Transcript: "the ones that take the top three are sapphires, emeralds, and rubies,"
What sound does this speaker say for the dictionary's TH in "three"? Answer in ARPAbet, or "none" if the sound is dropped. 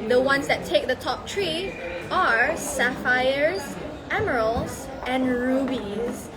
T